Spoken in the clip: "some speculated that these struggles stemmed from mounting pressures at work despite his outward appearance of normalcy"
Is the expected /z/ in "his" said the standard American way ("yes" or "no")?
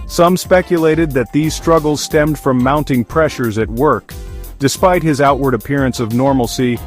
yes